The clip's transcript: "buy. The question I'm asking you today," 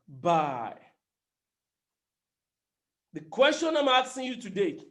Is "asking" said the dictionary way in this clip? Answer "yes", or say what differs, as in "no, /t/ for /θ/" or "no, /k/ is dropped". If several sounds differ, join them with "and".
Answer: no, /k/ is dropped